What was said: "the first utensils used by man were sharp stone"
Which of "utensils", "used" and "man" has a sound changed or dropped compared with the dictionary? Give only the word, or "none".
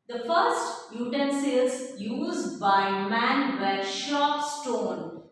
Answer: utensils